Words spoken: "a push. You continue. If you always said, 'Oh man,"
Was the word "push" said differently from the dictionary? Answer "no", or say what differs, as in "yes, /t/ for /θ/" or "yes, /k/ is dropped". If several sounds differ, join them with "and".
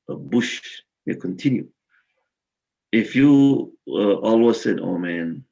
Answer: yes, /b/ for /p/